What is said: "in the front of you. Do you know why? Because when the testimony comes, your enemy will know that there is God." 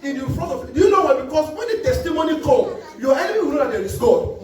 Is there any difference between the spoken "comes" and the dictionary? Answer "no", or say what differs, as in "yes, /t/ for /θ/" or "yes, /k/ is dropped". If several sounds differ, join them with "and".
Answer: yes, /z/ is dropped